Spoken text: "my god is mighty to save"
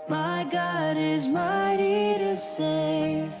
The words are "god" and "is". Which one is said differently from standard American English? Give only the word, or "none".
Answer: none